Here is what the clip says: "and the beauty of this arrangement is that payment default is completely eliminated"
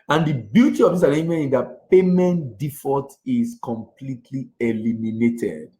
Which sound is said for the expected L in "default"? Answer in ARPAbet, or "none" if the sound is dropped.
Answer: none